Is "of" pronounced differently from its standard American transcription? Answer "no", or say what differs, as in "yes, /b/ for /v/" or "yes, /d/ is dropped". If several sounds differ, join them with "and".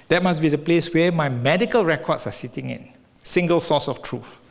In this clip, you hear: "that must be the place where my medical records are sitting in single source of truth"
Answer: yes, /f/ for /v/